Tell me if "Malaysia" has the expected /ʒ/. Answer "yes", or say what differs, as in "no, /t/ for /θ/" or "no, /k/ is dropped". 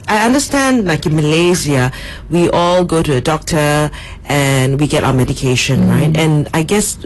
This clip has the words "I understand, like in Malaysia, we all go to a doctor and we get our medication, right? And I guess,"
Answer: no, /z/ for /ʒ/